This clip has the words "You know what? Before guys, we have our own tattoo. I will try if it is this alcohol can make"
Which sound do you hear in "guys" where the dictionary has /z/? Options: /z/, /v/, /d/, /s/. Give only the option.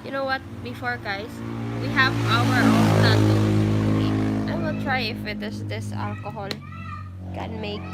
/s/